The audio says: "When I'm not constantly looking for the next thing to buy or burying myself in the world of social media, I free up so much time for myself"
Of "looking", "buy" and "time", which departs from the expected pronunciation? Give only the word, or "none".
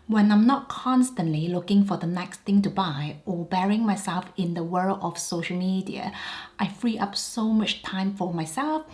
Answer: none